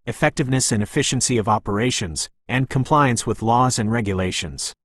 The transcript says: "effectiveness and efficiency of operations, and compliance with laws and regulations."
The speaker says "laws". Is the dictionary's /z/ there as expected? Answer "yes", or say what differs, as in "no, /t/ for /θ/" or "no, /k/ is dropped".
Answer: yes